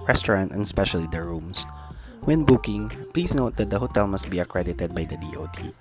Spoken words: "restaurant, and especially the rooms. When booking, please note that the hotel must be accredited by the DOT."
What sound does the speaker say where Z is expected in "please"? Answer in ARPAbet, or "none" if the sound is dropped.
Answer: S